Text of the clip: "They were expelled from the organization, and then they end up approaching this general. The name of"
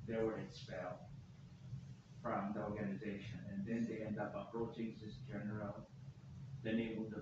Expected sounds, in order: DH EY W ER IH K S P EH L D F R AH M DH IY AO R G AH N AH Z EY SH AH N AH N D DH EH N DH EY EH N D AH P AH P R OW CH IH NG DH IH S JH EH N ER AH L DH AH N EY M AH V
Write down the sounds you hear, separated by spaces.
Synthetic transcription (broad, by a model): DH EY W ER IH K S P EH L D F R AH M DH IY AO R G AH N AH Z EY SH AH N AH N DH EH N DH EY EH N D AH P AH P R OW CH IH NG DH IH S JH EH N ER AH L DH AH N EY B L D